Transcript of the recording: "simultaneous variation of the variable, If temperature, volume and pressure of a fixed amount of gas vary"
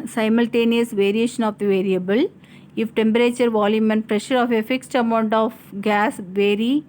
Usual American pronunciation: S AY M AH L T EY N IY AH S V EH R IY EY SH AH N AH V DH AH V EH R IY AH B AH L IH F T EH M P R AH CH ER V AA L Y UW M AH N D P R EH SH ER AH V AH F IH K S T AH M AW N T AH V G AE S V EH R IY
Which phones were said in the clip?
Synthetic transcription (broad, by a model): S AY M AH L T EY N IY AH S V EH R IY EY SH AH N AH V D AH V EH R IY AH B AH L IH F T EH M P R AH CH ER V AA L Y UW M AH N P R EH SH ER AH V AH F IH K S T AH M AW N T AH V G AE S V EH R IY